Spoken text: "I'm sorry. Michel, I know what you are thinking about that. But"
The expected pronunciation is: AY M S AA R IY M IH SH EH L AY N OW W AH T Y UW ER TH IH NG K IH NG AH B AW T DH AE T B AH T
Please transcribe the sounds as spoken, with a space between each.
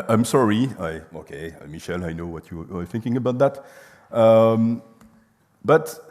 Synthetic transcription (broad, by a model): AY M S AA R IY M IH SH EH L AY N OW W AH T Y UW ER TH IH NG K IH NG AH B AW T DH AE T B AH T